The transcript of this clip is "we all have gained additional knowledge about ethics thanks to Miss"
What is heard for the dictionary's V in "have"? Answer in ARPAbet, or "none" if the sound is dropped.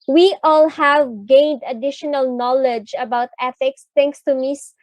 V